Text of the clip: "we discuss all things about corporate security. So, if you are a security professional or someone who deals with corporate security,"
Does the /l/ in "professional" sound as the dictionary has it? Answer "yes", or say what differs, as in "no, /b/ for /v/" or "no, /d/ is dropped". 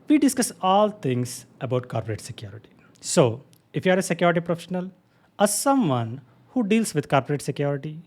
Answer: yes